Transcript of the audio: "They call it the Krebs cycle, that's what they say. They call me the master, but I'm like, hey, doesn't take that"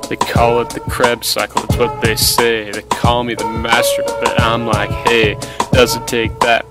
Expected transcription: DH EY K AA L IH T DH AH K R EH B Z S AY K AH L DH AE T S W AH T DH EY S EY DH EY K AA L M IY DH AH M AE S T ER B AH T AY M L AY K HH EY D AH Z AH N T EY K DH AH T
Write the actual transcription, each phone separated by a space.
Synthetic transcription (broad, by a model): DH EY K AA L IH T DH AH K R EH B S AY K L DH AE T S W AH T DH EY S EY DH EY K AA L M IY DH AH M AE S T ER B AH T AY M L AY K HH EY D AH Z AH N T EY K DH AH T